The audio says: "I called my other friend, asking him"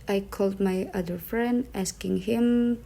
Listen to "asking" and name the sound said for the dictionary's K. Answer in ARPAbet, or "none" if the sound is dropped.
K